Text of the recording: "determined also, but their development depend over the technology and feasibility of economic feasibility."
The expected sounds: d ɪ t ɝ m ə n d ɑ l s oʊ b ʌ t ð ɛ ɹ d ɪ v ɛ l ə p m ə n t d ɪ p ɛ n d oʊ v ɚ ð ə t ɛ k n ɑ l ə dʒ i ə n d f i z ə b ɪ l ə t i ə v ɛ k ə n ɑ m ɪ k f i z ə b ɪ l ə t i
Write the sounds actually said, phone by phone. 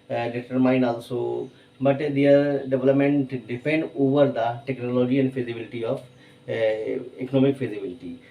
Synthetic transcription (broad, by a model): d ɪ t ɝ m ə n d ɑ l s oʊ b ʌ t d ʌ ɹ d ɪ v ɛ l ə p m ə n t d ɪ p ɛ n d oʊ v ɚ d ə t ɛ k n ɑ l ə dʒ i ə n d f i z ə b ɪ l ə t i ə p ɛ k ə n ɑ m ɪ k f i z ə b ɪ l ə t i